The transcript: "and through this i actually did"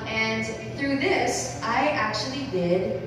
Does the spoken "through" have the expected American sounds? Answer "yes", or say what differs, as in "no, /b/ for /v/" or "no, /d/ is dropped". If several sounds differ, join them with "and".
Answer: yes